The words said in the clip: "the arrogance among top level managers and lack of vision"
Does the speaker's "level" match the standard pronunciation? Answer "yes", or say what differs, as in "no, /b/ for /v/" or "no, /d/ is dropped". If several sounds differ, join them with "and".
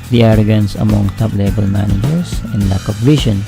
no, /b/ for /v/